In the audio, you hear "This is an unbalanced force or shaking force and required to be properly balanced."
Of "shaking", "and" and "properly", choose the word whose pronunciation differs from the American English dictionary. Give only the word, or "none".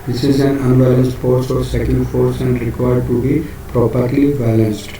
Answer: shaking